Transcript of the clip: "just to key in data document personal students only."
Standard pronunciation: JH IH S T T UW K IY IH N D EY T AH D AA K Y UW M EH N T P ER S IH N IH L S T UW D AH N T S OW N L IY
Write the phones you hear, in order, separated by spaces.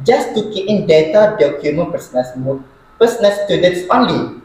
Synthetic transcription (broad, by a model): JH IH S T T UW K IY IH N D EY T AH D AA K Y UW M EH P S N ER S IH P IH N S T UW D AH N T S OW N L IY